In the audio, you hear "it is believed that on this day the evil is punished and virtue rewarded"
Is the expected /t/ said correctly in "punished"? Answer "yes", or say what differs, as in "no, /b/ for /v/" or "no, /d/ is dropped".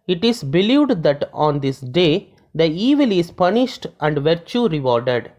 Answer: yes